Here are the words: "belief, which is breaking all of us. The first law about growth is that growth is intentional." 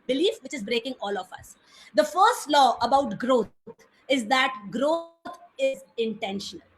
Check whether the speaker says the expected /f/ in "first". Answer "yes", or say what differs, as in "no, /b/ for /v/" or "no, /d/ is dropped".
yes